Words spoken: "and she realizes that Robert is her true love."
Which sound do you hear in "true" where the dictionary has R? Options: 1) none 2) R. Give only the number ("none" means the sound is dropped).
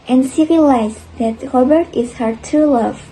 1